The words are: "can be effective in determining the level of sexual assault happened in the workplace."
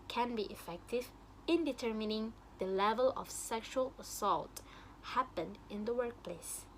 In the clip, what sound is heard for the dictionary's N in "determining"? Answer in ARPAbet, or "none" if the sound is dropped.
N